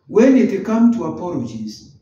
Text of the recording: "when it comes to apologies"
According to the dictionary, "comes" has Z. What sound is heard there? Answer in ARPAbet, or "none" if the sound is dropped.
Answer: none